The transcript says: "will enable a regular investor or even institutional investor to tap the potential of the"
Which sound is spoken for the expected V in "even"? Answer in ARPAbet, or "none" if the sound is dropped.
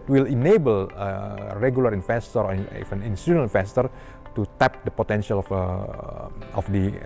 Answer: F